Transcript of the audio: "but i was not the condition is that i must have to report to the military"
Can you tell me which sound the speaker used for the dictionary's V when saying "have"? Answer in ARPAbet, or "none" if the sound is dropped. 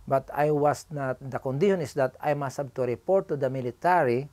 B